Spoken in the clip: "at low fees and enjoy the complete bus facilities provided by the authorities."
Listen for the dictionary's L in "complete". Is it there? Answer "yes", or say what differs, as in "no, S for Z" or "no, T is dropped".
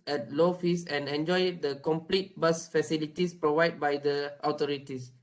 yes